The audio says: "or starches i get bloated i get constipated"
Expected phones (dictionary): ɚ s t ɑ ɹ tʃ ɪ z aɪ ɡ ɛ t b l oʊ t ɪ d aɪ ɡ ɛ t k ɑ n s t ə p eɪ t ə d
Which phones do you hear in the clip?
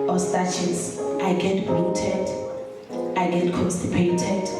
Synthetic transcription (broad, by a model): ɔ s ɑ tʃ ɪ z aɪ ɡ ɛ t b oʊ t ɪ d aɪ ɡ ɛ t k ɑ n s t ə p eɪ t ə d